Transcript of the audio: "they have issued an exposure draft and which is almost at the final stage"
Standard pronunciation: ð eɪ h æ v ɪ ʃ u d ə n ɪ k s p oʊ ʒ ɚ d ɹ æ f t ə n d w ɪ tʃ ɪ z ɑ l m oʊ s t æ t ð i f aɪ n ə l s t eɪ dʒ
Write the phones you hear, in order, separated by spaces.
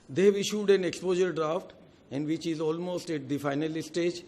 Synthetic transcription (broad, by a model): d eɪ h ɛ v ɪ ʃ u d ə n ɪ k s p oʊ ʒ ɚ d ɹ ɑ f t ə n d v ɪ tʃ ɪ z ɑ l m oʊ s t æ t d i f aɪ n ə l s t eɪ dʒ